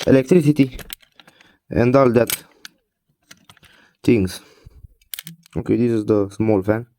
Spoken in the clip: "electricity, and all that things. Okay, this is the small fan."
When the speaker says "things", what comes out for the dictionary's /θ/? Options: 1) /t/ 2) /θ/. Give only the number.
1